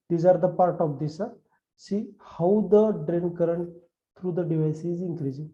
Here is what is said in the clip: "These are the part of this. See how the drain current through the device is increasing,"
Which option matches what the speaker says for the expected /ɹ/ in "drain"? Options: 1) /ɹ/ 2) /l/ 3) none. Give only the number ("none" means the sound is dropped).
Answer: 1